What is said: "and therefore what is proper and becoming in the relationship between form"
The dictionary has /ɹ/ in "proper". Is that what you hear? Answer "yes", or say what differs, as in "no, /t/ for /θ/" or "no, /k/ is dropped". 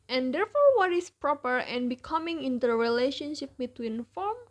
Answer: yes